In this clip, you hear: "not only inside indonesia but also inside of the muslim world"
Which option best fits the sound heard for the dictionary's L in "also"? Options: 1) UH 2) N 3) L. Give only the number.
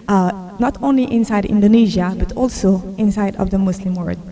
3